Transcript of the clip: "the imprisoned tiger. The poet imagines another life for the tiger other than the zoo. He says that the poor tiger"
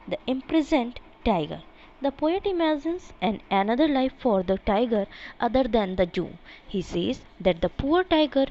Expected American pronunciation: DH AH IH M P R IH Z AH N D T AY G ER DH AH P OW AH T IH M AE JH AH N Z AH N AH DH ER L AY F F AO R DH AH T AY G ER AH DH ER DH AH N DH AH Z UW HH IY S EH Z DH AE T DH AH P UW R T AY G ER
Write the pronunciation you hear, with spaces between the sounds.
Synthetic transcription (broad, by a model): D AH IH M P R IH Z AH N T T AY G ER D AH P OW AH T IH M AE Z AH N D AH N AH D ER L AY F F AO R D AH T AY G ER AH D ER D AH N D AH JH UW HH IY S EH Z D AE T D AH P UW R T AY G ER